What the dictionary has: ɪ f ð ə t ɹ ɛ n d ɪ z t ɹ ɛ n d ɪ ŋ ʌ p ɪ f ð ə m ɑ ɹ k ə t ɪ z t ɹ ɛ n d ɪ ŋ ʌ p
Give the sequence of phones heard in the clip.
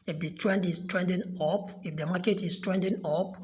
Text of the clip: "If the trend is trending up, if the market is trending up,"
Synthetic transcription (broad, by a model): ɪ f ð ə t ɹ ɛ n d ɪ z t ɹ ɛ n d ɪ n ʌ p ɪ f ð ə m ɑ k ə t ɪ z t ɹ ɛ n d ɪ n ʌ p